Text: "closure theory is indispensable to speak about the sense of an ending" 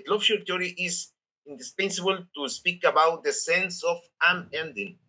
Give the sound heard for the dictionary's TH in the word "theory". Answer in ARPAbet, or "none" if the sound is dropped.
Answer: T